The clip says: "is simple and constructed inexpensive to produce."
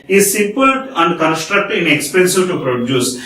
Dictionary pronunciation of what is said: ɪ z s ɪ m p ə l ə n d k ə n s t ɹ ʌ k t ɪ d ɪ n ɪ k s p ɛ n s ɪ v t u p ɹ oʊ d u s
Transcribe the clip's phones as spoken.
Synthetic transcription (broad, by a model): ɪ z s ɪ p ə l ə n d k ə n s t ɹ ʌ k t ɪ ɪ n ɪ k s p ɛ n s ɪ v t u p ɹ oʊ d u s